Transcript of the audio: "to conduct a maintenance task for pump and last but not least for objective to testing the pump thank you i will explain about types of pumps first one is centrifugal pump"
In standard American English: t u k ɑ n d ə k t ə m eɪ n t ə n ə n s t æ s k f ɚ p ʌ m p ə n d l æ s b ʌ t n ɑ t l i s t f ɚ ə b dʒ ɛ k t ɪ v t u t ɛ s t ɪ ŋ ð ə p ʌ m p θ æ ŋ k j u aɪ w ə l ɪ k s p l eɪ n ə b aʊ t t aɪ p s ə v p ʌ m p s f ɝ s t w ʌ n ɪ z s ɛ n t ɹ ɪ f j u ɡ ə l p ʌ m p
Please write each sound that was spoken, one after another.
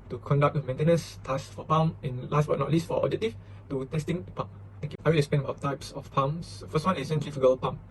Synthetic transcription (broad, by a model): t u k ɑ n d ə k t ə m eɪ n t ə n ə n s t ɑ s f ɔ p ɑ m ə n l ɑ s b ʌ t n ɑ t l i s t f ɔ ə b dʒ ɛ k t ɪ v t u t ɛ s t ɪ ŋ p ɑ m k aɪ w ə l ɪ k s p eɪ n ə b aʊ t t aɪ p s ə f p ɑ m s f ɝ s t w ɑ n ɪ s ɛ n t ɹ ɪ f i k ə l p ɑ m